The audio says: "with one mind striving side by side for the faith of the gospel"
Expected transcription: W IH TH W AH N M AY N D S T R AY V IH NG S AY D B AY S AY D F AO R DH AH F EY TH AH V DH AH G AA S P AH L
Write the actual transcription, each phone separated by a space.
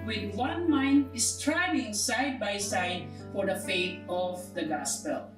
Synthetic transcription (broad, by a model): W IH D W AH N M AY N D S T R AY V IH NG S AY D B AY S AY D F AO R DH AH F EY T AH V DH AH G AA S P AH L